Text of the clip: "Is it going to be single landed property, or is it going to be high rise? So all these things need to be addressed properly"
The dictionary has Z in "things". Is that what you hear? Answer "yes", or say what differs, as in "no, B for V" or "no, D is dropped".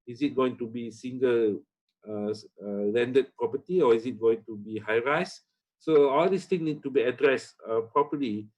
no, Z is dropped